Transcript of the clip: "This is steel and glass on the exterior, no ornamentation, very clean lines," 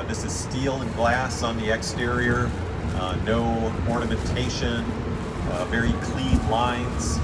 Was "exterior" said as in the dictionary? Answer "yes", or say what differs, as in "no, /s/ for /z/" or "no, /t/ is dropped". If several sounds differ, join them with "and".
yes